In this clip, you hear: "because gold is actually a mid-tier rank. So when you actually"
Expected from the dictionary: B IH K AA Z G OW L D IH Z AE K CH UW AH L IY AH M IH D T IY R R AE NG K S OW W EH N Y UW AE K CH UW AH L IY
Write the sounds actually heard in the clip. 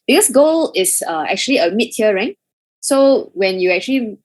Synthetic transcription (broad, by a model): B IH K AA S G OW L IH S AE K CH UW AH L IY AH M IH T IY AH R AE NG S OW W EH N Y UW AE K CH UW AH L IY